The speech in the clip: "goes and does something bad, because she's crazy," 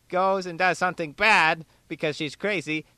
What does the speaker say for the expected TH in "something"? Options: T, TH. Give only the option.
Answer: TH